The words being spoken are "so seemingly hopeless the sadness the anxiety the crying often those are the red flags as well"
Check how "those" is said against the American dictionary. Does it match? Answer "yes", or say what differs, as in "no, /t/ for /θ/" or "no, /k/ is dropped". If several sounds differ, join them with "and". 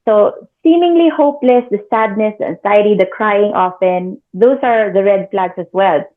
no, /s/ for /z/